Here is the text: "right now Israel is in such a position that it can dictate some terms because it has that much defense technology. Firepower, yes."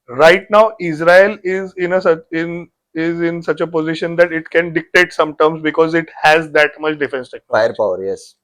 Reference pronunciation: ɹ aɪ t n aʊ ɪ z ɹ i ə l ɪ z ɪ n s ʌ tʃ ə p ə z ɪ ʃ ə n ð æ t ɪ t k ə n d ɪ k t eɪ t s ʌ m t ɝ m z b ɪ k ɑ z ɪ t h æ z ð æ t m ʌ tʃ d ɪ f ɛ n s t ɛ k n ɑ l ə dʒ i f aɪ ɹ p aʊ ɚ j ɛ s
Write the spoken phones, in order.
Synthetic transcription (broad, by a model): ɹ aɪ t n aʊ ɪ z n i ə n ɪ z ɪ n s ʌ tʃ ə p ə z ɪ ʃ ə n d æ t ɪ t k ə n d ɪ k t eɪ t s ʌ m t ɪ m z b ɪ k ɑ z ɪ t h æ z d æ t m ʌ tʃ d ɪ f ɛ n s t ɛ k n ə i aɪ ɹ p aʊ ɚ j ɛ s